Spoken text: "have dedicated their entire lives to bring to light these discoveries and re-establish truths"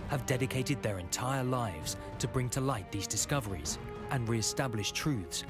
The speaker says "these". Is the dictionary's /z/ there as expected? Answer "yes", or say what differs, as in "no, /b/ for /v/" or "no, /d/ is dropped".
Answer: yes